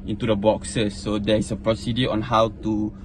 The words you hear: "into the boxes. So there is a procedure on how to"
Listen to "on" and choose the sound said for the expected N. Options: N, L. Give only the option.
N